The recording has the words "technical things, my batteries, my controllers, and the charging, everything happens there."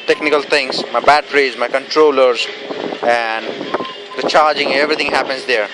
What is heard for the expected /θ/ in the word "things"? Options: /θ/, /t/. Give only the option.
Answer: /t/